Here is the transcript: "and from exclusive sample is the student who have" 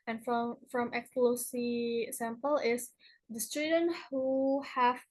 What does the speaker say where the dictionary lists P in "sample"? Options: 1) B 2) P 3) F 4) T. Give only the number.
2